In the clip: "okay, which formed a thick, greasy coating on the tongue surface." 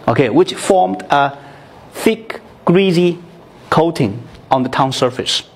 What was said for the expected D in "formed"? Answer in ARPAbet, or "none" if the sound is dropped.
D